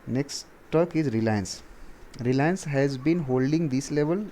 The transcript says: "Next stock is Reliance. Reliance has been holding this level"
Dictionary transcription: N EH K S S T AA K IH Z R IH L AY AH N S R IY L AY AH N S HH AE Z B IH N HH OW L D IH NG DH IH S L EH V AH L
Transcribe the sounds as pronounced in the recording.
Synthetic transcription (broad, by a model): N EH K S S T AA K IH Z R IH L AY AH N S R IY L AY AH N S HH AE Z B IH N HH OW L D IH NG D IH S L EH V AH L